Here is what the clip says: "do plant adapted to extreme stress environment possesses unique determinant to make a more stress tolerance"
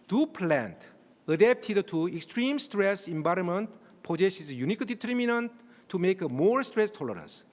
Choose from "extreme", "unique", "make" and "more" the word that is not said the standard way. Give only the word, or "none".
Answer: none